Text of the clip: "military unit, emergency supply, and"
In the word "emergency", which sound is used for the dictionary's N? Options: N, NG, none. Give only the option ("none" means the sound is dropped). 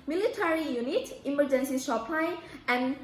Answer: N